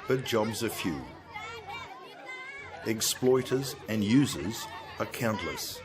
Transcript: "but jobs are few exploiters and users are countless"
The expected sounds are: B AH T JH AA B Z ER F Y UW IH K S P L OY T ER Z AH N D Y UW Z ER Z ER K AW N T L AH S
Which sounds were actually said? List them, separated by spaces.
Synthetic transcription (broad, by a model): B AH T JH AA B Z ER F Y UW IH K S P L OY T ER Z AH N Y UW Z ER Z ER K AW N T L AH S